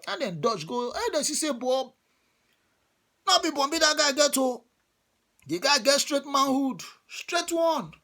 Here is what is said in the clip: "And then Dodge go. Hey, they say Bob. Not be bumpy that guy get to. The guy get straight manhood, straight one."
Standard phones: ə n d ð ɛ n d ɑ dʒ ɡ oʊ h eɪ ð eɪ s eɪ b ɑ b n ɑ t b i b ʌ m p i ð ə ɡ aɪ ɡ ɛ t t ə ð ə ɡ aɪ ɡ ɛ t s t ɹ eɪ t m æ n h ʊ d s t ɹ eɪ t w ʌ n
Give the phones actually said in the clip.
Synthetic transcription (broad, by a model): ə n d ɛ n d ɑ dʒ ɡ oʊ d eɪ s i s eɪ b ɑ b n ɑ b i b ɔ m b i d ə ɡ aɪ ɡ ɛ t t ə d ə ɡ aɪ ɡ ɛ t s t ɹ eɪ t m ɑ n h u d s t ɹ eɪ t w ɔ n